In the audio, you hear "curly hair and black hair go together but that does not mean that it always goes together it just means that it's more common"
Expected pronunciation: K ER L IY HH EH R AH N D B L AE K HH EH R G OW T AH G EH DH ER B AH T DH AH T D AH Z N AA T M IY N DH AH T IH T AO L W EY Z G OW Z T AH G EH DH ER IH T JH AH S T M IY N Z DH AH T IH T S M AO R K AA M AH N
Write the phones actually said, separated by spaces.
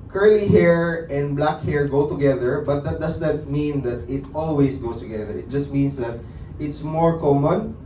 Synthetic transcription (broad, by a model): K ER L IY HH EH R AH N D B L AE K HH EH R G OW T AH G EH DH ER B AH T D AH T D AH S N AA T M IY N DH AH T IH T AO L W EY S G OW S T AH G EH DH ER IH T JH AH S T M IY N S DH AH T IH T S M AO R K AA M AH N